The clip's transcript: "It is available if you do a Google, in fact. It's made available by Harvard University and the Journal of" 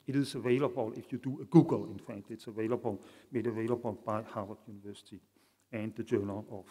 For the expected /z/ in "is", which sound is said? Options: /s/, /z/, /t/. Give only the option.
/s/